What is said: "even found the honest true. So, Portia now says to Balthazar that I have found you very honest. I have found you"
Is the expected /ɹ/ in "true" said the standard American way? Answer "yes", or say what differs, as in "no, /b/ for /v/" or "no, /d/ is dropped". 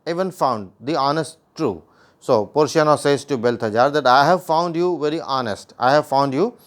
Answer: yes